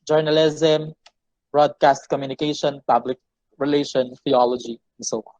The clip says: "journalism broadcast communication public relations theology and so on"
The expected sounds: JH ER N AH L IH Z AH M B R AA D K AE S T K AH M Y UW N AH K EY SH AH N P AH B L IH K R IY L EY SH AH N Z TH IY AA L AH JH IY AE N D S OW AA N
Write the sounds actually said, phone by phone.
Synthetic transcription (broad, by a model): JH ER N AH L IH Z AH M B R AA D K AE S T K AH M Y UW N AH K EY SH AH N P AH B L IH K R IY L EY SH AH N TH IY AA L AH JH IY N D S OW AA